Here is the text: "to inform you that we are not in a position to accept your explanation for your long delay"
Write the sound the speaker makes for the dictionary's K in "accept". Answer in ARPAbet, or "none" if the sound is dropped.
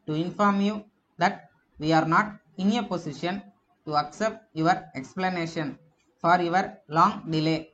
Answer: K